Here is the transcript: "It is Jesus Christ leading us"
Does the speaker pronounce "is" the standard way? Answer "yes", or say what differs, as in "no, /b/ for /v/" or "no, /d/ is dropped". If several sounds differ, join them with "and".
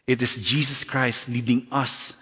no, /s/ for /z/